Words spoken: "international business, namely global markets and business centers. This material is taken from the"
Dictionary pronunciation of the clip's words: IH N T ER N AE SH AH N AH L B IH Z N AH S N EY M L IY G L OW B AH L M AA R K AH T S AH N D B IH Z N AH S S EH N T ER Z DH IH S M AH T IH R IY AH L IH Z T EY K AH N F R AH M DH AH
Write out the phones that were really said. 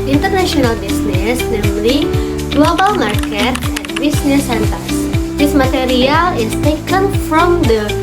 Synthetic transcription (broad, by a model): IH N T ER N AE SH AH N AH L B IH S N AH S N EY M L IY G L OW B AH L M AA R K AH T AH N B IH S N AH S S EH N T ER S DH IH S M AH T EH R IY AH L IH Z T EY K AH N F R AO M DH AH